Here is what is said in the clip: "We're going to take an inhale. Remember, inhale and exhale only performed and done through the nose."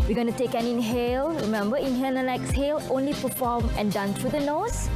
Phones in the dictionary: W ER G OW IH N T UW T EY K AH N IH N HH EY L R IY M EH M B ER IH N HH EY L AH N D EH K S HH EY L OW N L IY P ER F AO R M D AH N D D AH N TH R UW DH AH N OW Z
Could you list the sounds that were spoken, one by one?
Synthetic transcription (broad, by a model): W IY G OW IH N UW T EY K AH N IH N HH EY L R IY M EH M B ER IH N HH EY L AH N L EH K S HH EY L OW N L IY P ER F AO M AH N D D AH N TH R UW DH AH N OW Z